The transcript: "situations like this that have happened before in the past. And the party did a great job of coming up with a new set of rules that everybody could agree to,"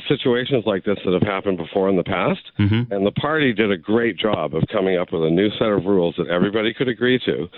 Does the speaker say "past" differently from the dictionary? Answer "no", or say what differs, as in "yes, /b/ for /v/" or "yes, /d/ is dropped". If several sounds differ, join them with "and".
no